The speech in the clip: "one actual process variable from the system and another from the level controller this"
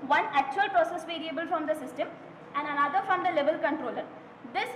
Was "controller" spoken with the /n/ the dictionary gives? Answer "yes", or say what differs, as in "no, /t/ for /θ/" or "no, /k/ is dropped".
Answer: yes